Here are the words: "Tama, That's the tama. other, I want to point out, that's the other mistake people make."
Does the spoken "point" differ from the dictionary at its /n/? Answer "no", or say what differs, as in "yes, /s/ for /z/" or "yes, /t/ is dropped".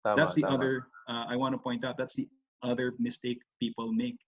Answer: no